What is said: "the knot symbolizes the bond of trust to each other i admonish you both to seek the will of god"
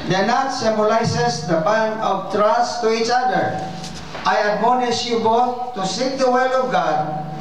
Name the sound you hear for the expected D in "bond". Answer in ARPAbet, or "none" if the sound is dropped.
none